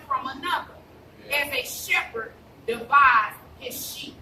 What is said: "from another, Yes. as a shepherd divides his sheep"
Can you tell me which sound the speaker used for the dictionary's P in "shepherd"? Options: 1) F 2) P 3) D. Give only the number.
2